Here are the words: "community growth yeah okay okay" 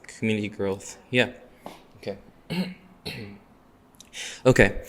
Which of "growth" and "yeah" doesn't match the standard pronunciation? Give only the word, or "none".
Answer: none